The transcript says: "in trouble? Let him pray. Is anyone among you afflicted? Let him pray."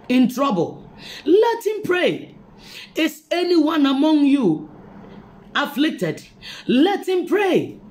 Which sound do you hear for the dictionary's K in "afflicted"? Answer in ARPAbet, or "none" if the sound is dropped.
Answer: K